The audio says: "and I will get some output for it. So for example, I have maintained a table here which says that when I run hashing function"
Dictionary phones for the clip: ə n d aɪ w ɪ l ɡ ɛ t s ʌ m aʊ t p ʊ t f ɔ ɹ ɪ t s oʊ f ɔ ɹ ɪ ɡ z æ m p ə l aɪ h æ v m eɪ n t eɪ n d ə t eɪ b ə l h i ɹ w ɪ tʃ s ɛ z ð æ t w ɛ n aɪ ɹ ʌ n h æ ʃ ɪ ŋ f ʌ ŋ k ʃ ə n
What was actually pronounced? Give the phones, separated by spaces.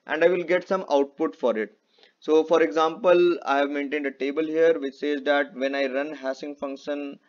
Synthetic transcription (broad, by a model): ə n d aɪ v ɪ l ɡ ɛ t s ʌ m aʊ t p ʊ t f ɔ ɹ ɪ t s oʊ f ɔ ɹ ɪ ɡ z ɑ m p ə l aɪ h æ v m eɪ n t eɪ n d ə t eɪ b ə l h i ɹ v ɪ tʃ s ɛ z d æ t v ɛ n aɪ ɹ ʌ n h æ s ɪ ŋ f ʌ ŋ k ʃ ə n